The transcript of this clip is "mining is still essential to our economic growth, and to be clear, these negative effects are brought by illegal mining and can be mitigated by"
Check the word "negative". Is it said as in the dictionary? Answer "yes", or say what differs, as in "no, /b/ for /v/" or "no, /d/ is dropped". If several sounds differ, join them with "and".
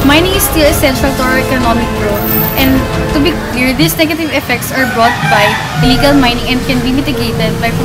yes